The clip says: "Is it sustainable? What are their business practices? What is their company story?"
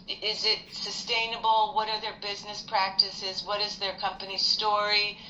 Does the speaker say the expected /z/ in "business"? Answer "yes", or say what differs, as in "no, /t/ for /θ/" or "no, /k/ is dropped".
yes